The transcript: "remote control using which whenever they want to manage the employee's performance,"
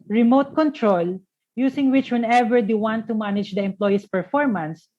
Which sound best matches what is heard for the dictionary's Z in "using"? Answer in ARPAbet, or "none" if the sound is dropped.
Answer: S